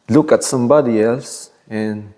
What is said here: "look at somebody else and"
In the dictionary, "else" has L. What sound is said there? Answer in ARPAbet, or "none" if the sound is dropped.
none